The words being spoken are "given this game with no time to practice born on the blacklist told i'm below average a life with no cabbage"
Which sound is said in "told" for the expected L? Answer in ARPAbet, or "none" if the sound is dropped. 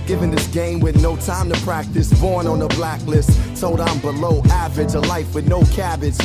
none